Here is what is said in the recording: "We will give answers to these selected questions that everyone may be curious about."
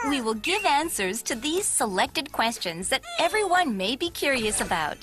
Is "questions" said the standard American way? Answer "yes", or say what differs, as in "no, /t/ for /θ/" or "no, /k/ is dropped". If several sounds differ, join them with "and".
yes